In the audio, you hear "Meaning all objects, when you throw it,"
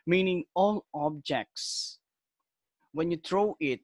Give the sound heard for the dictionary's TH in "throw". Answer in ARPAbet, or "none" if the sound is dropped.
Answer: T